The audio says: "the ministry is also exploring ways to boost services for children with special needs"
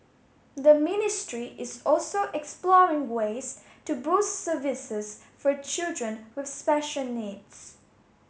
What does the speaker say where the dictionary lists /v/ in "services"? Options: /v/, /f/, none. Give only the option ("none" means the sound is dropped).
/v/